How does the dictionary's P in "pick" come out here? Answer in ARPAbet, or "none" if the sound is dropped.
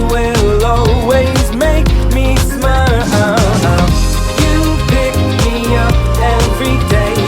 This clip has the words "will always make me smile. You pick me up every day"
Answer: B